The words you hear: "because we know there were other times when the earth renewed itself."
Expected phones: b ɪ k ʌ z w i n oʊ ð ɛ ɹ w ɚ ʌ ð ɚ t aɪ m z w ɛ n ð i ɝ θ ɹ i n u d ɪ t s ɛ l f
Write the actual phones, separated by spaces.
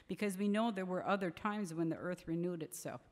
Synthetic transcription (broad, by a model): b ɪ k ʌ z w i n oʊ ð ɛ ɹ w ɚ ʌ ð ɚ t aɪ m z w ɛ n ð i ɝ θ ɹ i n u d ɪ t s ɛ l f